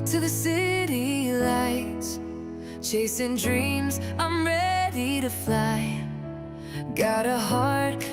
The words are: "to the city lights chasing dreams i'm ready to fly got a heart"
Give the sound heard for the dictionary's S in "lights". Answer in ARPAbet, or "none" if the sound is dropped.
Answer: none